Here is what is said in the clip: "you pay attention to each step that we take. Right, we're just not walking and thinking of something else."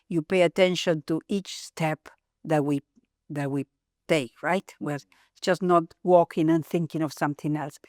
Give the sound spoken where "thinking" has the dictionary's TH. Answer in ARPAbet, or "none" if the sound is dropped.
TH